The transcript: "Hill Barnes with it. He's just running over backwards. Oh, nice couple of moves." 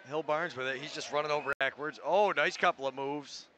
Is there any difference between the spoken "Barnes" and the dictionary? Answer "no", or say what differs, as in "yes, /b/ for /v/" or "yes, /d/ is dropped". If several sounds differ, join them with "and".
no